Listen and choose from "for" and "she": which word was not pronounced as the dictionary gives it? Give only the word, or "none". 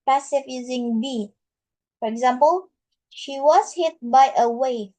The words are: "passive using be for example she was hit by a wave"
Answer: none